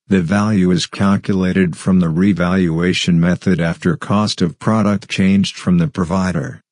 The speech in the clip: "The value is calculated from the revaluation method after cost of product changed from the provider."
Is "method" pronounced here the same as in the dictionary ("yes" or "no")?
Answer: yes